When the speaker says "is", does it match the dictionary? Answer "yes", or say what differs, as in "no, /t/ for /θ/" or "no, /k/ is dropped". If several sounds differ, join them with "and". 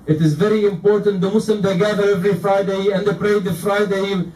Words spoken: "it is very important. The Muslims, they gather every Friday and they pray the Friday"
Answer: yes